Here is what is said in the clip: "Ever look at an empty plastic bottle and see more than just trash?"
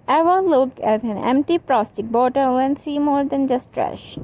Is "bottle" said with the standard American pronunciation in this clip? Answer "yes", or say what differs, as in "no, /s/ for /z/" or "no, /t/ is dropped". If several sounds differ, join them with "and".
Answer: no, /w/ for /l/